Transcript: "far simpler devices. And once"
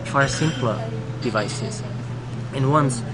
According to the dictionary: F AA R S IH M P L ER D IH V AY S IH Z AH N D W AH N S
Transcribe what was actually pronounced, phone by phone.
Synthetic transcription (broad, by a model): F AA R S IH M P L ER D IH V AY S IH Z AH N W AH N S